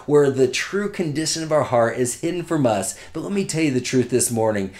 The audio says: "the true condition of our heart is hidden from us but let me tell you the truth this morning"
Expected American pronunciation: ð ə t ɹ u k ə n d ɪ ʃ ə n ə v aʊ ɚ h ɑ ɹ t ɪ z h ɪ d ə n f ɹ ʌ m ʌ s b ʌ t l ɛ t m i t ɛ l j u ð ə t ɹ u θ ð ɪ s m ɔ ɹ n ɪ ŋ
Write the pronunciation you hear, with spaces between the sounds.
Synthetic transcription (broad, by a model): ð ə t ɹ u k ə n d ɪ ʃ ə n ə v aʊ ɚ h ɑ ɹ t ɪ z h ɪ d n f ɹ ʌ m ʌ s b ʌ t l ɛ t m i t ɛ l j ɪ ð ə t ɹ u θ ð ɪ s m ɔ ɹ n ɪ ŋ